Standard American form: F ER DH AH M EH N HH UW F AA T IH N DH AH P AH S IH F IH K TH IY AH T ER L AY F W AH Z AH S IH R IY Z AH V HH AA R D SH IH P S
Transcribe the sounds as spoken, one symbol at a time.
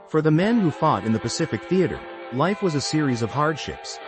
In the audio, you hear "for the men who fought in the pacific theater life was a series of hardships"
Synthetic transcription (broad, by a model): F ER DH AH M EH N HH UW F AA T IH N DH AH P AH S IH F IH K TH IY AH T ER L AY F W AH Z AH S IH R IY Z AH V HH AA R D SH IH P S